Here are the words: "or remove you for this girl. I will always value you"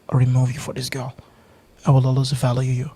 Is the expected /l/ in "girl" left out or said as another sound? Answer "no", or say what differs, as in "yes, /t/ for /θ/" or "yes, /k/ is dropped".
no